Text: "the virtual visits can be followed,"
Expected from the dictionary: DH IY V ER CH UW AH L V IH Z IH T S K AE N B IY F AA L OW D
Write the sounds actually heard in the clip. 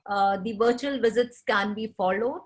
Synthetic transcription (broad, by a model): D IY V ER CH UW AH L V IH Z IH T S K AE N B IY F AA L OW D